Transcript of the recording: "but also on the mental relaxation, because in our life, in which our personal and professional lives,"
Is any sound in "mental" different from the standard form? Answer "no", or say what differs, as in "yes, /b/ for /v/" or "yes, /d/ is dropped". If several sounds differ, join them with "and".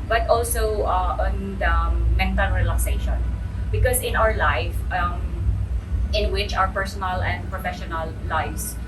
yes, /n/ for /l/